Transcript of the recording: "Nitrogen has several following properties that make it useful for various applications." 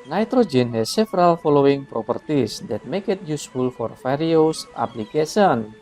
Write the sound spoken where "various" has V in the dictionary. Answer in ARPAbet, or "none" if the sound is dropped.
F